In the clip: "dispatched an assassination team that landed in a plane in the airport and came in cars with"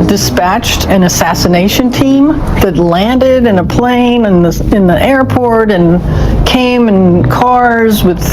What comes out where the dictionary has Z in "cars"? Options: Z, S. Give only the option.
Z